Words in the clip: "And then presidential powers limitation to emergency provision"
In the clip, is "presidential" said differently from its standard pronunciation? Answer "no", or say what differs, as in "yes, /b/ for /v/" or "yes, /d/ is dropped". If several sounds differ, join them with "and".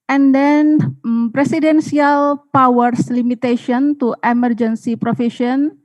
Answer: yes, /s/ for /z/ and /s/ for /ʃ/